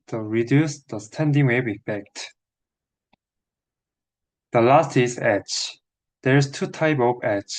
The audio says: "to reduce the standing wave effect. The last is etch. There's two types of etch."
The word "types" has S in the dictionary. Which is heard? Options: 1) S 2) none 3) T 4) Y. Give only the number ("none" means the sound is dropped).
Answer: 2